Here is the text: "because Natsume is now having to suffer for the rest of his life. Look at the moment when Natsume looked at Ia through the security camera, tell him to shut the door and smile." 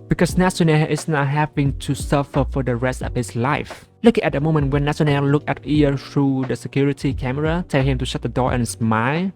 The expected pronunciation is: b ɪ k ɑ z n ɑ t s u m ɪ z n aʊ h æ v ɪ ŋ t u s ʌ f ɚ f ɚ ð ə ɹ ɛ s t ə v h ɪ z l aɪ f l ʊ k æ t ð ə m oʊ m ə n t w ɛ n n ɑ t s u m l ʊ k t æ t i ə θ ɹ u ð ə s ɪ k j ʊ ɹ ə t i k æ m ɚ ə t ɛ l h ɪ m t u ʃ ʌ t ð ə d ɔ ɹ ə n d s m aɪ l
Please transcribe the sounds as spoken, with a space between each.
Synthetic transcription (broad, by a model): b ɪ k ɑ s n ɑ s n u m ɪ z n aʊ h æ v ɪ ŋ t u s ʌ f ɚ f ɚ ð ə ɹ ɛ s t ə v h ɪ s l aɪ f l ʊ k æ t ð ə m oʊ m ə n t w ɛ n n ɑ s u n l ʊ k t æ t i ə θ ɹ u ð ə s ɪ k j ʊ ɹ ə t i k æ m ɚ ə t ɛ l h ɪ m t u ʃ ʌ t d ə d ɔ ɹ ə n s m aɪ l